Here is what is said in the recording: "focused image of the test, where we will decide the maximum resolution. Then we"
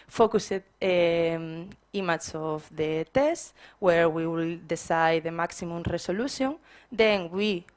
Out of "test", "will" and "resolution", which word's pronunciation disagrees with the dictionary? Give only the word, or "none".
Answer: resolution